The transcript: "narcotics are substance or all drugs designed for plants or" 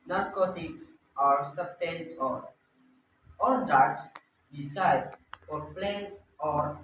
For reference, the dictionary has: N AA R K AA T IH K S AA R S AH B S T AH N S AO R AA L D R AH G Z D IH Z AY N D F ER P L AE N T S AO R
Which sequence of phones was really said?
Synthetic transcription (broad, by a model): N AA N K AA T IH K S AA R S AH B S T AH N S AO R AA L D AA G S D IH S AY D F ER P L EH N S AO R